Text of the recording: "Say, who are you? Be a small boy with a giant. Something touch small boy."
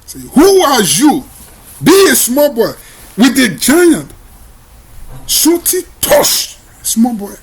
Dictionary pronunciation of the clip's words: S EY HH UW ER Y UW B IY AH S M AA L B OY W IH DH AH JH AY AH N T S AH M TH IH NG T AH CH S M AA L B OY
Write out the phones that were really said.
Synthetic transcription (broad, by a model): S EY HH UW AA Y UW B IY AH S M AA L B OY W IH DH AH JH AY AH N T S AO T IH T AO SH S M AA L B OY